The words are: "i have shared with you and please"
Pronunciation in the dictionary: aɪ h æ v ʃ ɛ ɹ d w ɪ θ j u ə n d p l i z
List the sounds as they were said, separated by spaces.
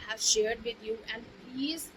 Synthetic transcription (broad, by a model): h æ v ʃ ɛ ɹ d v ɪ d j u ə n d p l i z